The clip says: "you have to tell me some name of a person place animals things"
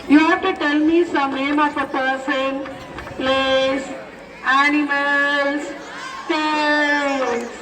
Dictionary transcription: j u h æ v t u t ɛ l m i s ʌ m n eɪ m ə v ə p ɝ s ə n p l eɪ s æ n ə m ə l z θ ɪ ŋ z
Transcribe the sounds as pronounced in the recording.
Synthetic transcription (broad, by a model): j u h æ t u t ɛ l m i s ʌ m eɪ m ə p ə p ɝ s ə n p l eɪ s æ n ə m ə l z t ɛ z